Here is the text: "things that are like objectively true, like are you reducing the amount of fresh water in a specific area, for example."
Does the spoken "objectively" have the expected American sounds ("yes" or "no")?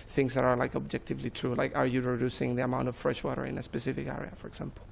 yes